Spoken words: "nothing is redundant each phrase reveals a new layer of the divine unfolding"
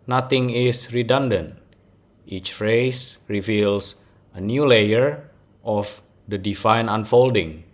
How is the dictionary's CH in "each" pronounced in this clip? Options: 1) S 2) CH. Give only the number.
2